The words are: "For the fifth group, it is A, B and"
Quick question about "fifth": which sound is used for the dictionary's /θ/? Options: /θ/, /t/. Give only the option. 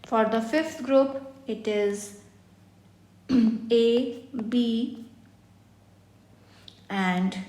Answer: /t/